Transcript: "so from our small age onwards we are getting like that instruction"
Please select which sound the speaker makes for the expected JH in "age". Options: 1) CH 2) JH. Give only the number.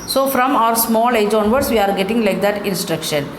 2